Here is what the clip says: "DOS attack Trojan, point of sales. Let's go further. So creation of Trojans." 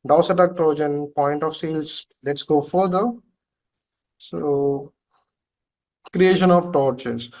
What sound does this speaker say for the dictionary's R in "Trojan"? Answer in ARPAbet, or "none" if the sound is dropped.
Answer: R